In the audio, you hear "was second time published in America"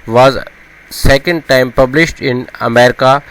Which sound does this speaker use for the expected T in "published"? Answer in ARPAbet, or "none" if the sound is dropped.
T